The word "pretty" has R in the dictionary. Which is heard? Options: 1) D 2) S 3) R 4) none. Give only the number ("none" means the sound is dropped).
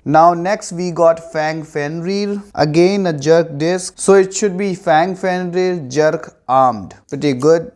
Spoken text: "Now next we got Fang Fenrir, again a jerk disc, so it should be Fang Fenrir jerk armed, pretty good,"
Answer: 4